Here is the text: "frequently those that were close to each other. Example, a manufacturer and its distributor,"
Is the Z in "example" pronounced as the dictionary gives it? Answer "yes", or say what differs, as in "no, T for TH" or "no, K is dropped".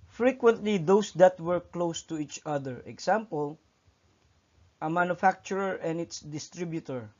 no, S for Z